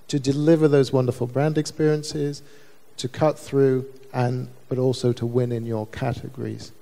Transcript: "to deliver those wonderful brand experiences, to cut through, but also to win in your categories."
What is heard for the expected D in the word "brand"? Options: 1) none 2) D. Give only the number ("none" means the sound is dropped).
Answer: 2